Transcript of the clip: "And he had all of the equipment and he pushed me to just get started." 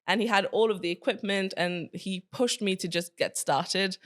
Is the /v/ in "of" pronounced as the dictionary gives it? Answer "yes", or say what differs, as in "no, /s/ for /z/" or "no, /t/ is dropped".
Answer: yes